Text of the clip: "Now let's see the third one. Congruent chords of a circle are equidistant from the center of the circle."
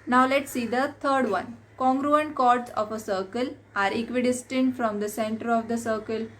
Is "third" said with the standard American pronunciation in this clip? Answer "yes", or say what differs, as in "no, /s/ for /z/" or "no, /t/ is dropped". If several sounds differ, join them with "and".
no, /t/ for /θ/